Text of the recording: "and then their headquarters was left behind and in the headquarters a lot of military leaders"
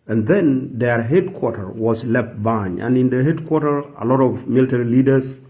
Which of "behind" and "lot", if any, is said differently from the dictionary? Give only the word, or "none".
behind